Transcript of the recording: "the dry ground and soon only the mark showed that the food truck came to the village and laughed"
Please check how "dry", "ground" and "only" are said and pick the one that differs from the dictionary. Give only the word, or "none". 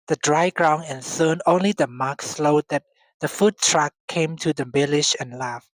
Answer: ground